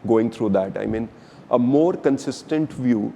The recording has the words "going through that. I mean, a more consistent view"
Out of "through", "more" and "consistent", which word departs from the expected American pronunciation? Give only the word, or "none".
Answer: through